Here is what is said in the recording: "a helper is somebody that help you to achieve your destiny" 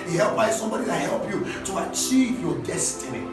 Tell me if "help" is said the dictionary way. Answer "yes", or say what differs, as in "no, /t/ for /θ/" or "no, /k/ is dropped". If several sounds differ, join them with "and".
yes